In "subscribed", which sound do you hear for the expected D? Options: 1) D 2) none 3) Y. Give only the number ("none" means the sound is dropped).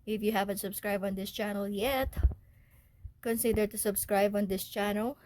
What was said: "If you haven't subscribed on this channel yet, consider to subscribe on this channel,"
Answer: 2